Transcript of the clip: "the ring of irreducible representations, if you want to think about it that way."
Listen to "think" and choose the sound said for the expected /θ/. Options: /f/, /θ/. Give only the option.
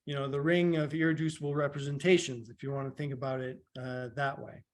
/θ/